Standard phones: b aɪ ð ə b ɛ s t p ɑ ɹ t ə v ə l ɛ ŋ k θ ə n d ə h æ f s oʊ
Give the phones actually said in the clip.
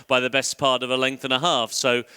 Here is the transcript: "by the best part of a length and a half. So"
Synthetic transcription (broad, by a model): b aɪ ð ə b ɛ s p ɑ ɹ t ə v ə l ɛ ŋ k θ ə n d ə h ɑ f s oʊ